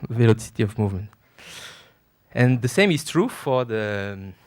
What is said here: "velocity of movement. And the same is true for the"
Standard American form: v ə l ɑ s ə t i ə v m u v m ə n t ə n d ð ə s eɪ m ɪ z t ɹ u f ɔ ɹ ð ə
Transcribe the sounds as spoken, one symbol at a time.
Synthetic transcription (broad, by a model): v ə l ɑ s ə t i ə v m u v m ə n t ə n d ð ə s eɪ m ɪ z t ɹ u f ɔ ɹ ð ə